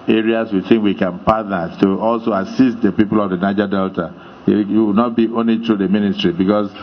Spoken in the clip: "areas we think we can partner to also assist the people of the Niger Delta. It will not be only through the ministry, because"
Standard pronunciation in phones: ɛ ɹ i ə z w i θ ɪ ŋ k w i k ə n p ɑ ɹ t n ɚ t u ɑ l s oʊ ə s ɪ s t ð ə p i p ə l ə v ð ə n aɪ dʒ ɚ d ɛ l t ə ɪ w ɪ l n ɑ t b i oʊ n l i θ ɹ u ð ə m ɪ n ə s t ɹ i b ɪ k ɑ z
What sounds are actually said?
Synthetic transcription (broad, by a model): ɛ ɹ i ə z w i θ ɪ ŋ k w i k ə n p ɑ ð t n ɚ t u ɑ l s oʊ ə s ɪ s t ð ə p i p ə l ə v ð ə n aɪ dʒ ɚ d ɛ l t ə ɪ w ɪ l n ɑ t b i oʊ n l i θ ɹ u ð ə m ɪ n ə s t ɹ i b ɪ k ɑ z